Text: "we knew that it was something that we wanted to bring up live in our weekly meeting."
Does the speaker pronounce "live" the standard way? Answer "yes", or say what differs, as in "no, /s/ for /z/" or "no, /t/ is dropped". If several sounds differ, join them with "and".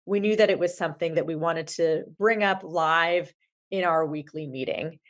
yes